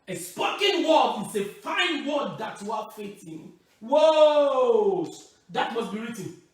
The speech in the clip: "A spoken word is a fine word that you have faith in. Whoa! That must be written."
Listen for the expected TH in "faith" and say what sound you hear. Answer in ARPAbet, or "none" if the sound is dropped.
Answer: T